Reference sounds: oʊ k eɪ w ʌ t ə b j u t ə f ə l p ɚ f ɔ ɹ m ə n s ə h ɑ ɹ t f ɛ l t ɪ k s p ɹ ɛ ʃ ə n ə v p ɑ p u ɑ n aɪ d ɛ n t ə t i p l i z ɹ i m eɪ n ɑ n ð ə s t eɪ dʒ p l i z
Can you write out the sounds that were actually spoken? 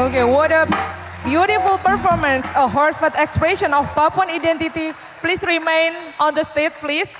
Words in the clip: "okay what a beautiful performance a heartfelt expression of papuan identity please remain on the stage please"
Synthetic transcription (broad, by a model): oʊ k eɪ w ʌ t ə b j u t ə f ə l p ɚ f ɔ ɹ m ə n s ə h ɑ ɹ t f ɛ t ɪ k s p ɹ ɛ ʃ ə n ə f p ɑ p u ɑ n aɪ d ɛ n t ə t i p l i s ɹ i m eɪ n ɑ n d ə s t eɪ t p l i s